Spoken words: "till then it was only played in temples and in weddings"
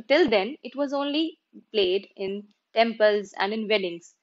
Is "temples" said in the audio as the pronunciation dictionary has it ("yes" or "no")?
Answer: yes